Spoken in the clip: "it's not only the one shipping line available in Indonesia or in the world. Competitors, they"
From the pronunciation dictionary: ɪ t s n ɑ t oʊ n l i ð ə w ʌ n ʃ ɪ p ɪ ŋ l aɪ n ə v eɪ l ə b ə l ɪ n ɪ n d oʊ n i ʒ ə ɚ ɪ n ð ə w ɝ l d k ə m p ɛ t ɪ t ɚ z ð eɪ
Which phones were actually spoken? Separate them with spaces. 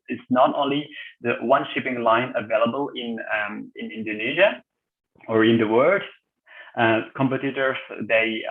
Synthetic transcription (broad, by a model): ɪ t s n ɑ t oʊ n l i ð ə w ʌ n ʃ ɪ p ɪ ŋ l aɪ n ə v eɪ l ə b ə l ɪ n ɪ n d oʊ n i ʒ ə ɚ ɪ n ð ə w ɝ d k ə m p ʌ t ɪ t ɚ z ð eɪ